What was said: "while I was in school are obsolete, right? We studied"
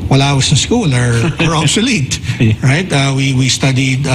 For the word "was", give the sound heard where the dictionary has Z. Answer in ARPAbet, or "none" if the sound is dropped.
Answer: S